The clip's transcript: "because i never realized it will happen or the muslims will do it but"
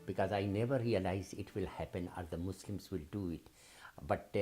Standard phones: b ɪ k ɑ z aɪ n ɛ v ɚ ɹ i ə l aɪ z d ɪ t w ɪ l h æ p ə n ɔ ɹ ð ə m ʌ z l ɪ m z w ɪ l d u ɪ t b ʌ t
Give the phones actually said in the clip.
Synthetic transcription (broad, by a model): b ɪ k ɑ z aɪ n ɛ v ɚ ɹ i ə l aɪ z ɪ t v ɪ l h æ p ə n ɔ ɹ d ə m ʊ s l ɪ m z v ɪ l d u ɪ t b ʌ t